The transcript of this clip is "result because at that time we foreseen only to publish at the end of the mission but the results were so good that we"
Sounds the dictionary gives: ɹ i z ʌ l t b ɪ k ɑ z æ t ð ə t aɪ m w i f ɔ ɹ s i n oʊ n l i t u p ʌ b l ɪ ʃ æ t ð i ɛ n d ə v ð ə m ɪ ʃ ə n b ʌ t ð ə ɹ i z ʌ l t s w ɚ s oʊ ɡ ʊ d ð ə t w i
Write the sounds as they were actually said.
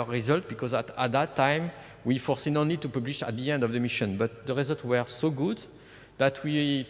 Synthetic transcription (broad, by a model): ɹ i z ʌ l t b ɪ k ɑ z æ t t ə t aɪ m w i f ɔ ɹ s i n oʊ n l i t u p ʌ b l ɪ ʃ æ t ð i ɛ n d ə v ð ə m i ʃ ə n b ʌ t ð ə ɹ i z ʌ l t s w ɚ s oʊ ɡ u d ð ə t w i